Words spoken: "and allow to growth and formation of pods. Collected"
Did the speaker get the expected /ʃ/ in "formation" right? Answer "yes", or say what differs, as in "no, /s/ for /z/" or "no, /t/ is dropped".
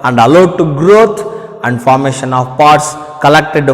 yes